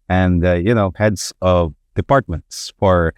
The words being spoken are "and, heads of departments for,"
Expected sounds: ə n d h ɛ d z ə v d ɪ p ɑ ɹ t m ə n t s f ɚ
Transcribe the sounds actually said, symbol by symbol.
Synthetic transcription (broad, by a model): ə n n h ɛ d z ə v d ɪ p ɑ ɹ t m ə n t s f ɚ